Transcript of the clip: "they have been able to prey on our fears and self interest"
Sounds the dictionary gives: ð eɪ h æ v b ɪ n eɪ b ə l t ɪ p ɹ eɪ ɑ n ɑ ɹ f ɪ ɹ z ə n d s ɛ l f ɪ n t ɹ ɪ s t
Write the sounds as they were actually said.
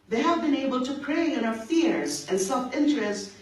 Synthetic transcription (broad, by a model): ð eɪ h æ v b ɪ n eɪ b ə l t ɪ p ɹ eɪ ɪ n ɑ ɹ f ɪ ɹ z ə n s ɛ l f ɪ n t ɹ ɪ s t